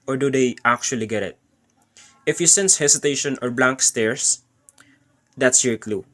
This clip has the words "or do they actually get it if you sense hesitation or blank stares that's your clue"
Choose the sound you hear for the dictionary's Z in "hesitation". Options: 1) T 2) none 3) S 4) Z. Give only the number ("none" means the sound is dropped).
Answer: 3